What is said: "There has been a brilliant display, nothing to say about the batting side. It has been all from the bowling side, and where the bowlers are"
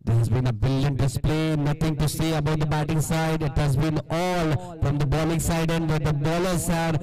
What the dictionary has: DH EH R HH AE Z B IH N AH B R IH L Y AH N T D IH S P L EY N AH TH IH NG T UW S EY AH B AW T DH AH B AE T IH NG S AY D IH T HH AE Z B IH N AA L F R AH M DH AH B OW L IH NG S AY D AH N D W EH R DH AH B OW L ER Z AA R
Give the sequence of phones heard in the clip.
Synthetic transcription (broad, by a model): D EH R HH AE Z B IH N AH B IH L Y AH N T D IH S P L EY N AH T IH NG T UW S EY AH B AW T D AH B AE T IH NG S AY D IH T HH AE Z B IH N AA L F R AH M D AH B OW L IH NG S AY D AH N D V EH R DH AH B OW L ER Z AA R